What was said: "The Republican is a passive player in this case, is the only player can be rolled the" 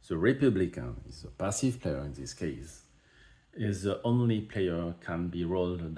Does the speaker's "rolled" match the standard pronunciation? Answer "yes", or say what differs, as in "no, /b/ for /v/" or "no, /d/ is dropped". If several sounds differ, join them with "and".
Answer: yes